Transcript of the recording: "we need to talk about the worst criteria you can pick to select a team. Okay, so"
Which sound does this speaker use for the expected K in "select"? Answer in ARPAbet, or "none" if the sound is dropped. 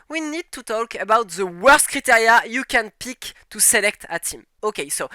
K